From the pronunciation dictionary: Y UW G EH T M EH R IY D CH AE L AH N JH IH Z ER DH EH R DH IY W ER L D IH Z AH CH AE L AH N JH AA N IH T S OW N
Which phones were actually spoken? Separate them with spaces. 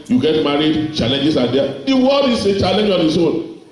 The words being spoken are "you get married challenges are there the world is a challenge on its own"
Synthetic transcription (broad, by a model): Y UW G EH T M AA R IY D CH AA L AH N JH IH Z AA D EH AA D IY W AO D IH S AH CH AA L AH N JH AA N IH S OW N